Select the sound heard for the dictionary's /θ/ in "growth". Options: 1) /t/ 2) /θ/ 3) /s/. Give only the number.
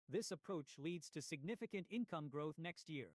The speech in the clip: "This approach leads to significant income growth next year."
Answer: 2